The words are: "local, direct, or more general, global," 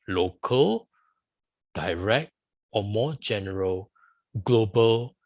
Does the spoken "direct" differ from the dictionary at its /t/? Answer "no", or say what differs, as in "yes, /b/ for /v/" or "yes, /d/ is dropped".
no